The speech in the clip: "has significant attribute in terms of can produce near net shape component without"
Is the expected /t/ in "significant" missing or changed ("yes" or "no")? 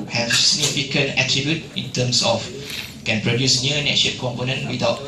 yes